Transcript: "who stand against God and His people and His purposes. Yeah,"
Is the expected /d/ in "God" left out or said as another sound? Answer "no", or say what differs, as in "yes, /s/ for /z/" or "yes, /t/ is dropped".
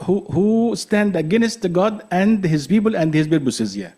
no